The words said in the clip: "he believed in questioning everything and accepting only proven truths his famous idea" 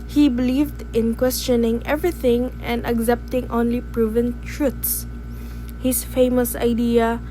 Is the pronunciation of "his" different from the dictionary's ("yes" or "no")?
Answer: yes